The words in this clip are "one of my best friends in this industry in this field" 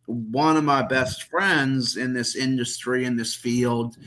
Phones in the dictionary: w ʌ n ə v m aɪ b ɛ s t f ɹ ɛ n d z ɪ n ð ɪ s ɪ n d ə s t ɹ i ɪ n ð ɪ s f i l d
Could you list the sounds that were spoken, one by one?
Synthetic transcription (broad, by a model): w ʌ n ə v m aɪ b ɛ s t f ɹ ɛ n d z ɪ n ð ɪ s ɪ n d ə s t ɹ i ɪ n ð ɪ s f i l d